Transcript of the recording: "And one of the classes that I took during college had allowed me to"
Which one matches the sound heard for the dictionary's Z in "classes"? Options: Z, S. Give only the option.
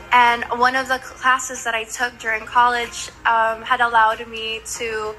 Z